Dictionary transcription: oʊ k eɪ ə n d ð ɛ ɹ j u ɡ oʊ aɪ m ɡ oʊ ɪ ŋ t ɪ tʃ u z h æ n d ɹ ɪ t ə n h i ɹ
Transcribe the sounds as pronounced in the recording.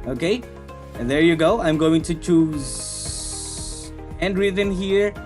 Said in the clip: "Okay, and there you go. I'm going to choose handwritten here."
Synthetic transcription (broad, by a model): oʊ k eɪ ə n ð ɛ ɹ j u ɡ oʊ aɪ m ɡ oʊ ɪ ŋ t ɪ tʃ u z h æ n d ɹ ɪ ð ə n h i ɹ